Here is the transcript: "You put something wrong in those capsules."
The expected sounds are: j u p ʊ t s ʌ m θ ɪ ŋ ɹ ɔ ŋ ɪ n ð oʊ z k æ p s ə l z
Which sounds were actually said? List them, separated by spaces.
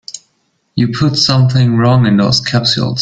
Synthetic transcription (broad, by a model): j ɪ p ʊ t s ʌ m θ ɪ ŋ ɹ ɔ ŋ ɪ n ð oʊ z k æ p s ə l